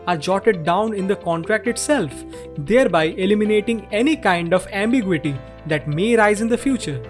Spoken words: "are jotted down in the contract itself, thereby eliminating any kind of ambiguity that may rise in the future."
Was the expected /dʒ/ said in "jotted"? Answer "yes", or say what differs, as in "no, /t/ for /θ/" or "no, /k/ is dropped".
yes